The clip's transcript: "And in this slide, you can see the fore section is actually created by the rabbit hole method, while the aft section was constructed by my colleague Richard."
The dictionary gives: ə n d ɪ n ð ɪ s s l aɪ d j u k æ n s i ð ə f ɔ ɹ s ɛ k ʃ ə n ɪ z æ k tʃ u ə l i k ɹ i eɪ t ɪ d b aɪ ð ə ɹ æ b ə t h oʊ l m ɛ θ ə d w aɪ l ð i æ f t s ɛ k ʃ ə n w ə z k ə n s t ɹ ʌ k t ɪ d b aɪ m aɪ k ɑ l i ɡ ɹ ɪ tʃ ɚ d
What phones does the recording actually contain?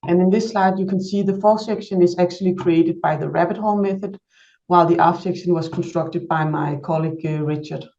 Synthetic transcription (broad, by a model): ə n ɪ n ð ɪ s s l aɪ d j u k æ n s i ð ə f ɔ s ɛ k ʃ ə n ɪ z æ k tʃ u ə l i k ɹ i eɪ t ɪ d b aɪ ð ə ɹ æ b ə t h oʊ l m ɛ θ ə d w aɪ l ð i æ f s ɛ k ʃ ə n w ə z k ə n s t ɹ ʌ k t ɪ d b aɪ m aɪ k ɑ l i ɡ ɹ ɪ tʃ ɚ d